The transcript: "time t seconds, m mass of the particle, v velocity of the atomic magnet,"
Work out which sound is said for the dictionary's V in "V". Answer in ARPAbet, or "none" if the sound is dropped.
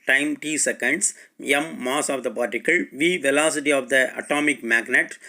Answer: V